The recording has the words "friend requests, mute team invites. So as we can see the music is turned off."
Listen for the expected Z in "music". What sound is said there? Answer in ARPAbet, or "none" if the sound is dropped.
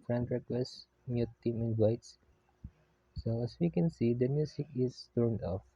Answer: S